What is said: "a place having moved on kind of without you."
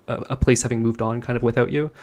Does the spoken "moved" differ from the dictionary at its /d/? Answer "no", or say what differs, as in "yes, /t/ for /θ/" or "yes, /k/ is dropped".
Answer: no